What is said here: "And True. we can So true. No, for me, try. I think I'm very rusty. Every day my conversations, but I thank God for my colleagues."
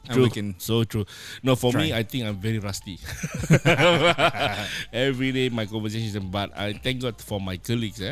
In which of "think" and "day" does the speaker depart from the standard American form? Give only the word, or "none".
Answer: think